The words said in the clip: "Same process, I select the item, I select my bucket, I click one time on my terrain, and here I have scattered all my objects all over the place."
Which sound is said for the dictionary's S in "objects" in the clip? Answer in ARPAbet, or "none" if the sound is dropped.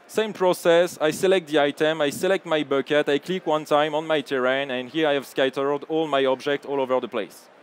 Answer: none